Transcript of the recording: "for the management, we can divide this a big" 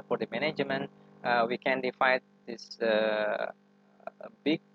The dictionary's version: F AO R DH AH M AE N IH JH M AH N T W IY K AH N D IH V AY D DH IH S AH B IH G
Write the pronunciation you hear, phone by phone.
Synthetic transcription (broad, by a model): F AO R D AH M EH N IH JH M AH N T W IY K AH N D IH F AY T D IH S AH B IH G